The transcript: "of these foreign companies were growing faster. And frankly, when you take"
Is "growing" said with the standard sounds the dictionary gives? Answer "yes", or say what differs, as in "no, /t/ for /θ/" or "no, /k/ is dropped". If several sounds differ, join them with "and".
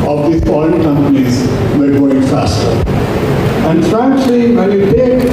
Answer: no, /ɹ/ is dropped